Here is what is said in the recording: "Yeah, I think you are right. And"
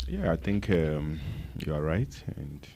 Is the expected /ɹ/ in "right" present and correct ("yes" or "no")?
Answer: yes